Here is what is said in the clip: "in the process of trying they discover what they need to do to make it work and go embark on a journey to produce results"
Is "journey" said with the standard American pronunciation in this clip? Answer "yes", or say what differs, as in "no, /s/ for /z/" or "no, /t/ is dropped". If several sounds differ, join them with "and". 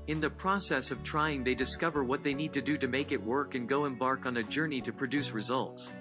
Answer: yes